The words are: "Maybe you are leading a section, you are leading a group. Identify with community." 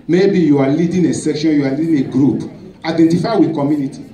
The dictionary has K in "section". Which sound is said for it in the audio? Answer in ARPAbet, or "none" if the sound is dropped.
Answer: K